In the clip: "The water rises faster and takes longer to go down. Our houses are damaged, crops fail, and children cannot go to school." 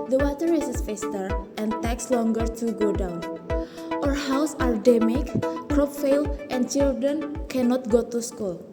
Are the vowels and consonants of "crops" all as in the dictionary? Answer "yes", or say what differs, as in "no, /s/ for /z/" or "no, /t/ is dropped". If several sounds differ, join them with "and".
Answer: no, /s/ is dropped